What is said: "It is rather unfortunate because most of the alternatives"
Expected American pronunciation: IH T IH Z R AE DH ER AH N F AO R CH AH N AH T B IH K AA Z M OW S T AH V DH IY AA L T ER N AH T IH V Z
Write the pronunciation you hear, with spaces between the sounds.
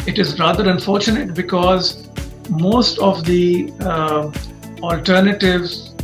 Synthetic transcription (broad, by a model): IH T IH Z R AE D ER AH N F AO R CH AH N AH T B IH K AA Z M OW S T AH V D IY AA L T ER N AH T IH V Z